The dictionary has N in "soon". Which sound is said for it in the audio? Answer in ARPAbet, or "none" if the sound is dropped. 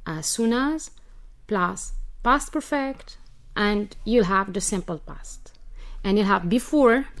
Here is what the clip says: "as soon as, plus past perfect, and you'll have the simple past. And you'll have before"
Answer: N